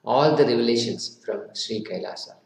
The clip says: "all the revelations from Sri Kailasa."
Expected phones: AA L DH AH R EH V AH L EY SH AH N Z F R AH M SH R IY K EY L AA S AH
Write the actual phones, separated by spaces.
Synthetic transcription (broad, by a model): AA L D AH R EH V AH L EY SH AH N S F R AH M SH R IY K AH L AA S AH